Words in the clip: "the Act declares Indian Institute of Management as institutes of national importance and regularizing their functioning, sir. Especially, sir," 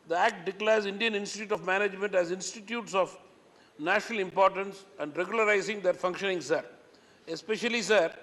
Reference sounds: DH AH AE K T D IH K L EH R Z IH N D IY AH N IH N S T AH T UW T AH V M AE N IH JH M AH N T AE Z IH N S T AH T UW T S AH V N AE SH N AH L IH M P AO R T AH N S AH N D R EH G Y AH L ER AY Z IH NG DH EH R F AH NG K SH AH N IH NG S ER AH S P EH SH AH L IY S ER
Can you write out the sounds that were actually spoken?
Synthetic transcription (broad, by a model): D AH AE K T D IH K L EH R Z IH N D IY AH N IH N S T AH T UW T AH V M AE N IH JH M AH N T AE Z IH N S T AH T UW T S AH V N AE SH N AH L IH M P AO R T AH N S AH N D R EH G Y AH L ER AY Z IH NG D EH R F AH NG K SH AH N IH NG S ER AH S P EH SH AH L IY S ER